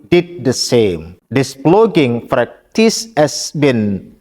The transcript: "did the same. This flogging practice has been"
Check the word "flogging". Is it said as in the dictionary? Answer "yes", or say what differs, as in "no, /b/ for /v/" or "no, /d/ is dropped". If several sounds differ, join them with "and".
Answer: no, /p/ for /f/